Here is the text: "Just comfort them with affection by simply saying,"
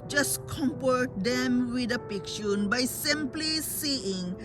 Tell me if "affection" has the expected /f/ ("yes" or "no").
no